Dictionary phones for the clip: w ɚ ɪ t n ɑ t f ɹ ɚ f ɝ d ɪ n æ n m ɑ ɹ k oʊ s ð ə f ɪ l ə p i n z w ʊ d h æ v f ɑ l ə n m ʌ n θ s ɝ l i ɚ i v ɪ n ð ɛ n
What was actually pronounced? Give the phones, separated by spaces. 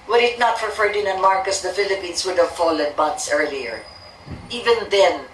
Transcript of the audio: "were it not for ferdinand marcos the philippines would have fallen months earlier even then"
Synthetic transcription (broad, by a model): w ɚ ɪ t n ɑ t p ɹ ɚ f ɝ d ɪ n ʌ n m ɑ ɹ k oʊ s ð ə f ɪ l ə p i n s w ʊ d h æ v f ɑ l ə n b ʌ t s ɝ l i ɚ i v ɪ n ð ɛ n